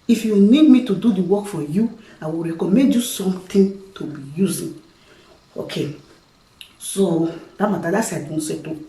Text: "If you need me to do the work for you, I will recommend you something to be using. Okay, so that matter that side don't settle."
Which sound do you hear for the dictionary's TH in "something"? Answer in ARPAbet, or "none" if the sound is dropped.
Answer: T